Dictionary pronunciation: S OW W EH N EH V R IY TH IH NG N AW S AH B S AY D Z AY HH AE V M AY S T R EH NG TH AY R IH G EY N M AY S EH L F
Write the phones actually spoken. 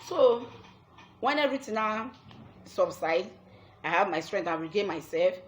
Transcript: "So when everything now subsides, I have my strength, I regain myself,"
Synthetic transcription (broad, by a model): S OW W EH N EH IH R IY T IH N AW S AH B S AY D AY HH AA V M AY S T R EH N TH AY W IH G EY M AY S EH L F